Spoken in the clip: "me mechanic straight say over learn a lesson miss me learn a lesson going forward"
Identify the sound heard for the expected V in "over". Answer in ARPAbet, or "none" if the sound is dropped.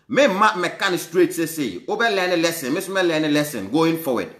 B